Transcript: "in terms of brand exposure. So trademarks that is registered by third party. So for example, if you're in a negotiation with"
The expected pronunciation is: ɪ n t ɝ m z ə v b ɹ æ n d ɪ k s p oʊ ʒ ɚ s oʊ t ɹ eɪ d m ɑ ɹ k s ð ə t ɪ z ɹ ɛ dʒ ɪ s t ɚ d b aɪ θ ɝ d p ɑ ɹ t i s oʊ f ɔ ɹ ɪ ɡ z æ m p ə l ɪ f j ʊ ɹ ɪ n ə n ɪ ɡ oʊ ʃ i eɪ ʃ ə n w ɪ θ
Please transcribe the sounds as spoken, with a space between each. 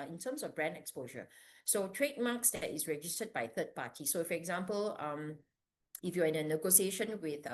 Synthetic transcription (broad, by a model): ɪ n t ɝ m s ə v b ɹ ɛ n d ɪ k s p oʊ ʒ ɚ s oʊ t ɹ eɪ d m ɑ k s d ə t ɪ s ɹ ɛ dʒ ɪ s t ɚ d b aɪ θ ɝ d p ɑ t i s oʊ f ɔ ɹ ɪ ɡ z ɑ m p ə l ɪ f j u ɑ ɪ n ə n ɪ ɡ oʊ s i eɪ ʃ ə n w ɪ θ